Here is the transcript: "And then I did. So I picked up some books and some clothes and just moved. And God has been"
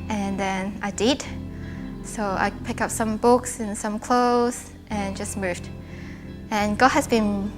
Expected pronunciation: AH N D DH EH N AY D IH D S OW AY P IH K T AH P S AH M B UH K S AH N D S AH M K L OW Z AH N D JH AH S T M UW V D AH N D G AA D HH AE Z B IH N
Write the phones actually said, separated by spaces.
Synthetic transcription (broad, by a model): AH N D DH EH N AY D IH D S OW AY P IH K AH P S AH M B UH K S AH N S AH M K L OW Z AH N JH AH S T M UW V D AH N G AA D HH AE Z B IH N